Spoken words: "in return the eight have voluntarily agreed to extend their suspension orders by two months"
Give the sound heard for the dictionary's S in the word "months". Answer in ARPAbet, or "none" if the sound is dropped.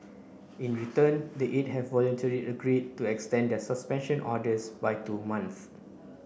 none